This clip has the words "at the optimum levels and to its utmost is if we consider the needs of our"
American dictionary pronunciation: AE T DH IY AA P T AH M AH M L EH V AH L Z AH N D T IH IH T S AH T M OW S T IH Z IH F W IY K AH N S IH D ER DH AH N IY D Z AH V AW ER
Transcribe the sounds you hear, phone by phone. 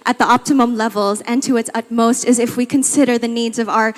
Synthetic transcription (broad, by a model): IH T DH IY AA P T AH M AH M L EH V L Z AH N T IH IH T S AH T M OW S T IH Z IH F W IY K AH N S IH D ER DH AH N IY D Z AH V AW ER